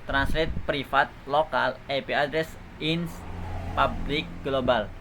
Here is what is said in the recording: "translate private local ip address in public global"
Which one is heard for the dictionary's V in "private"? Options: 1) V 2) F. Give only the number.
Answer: 2